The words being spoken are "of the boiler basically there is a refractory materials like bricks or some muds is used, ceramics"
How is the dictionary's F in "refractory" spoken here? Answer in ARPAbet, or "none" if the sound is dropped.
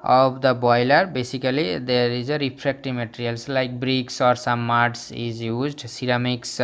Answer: P